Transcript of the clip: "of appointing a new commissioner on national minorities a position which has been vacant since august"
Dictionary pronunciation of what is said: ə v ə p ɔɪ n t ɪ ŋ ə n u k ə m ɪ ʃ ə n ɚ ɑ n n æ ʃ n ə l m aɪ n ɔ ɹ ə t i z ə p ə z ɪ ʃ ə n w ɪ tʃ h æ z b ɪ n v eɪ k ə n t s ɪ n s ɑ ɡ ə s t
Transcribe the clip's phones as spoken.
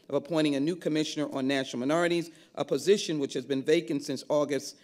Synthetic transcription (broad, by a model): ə v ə p ɔɪ t ɪ ŋ ə n u k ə m ɪ ʃ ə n ɚ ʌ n n æ ʃ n l m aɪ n ɔ ɹ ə t i z ə p ə z ɪ ʃ ə n w ɪ tʃ h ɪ z b ɪ n v eɪ k ə n t s ɪ n s ɑ ɡ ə s t